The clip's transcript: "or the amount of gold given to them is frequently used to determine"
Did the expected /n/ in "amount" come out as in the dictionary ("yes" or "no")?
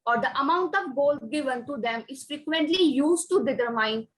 yes